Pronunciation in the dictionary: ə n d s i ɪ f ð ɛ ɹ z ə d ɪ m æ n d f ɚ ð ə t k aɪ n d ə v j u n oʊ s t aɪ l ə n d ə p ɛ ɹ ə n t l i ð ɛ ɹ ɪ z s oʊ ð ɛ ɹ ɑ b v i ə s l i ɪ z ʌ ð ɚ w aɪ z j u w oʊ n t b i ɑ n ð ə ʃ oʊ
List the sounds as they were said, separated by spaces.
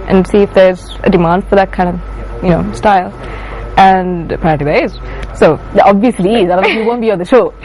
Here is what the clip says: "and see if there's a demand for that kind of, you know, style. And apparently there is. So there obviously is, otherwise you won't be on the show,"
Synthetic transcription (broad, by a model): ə n s i ɪ f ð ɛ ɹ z ə d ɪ m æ n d f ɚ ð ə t k aɪ n d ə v j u n oʊ s t aɪ l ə n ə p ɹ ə t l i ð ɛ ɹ ɪ z s oʊ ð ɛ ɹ ɑ b v i ə s l i ɪ z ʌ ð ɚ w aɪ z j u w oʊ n b i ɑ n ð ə ʃ oʊ